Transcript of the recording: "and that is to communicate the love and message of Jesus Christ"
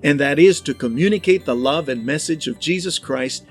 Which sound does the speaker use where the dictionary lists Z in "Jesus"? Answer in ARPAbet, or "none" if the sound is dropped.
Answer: Z